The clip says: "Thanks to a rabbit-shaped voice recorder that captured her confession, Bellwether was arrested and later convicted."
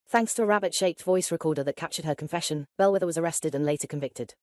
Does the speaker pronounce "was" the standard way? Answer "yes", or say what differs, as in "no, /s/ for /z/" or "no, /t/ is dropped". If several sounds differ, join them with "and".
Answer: yes